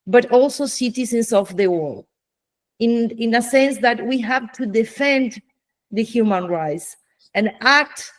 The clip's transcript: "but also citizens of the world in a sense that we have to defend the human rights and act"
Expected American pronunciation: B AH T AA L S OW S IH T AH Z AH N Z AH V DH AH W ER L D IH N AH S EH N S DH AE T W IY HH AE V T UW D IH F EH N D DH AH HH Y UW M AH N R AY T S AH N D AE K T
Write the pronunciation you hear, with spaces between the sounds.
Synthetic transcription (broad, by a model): B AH T AA L S OW S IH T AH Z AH N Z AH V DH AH W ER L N IH N AH S EH N S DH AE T W IY HH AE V T UW D IH F EH N D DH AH HH Y UW M AH N R AY T S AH N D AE K T